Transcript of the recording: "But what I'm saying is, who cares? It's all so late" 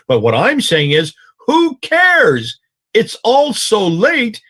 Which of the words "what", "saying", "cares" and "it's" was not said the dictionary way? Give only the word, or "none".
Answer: none